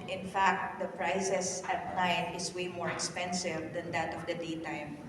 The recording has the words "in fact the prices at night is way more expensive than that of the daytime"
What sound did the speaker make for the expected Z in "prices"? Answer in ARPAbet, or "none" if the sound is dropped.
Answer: S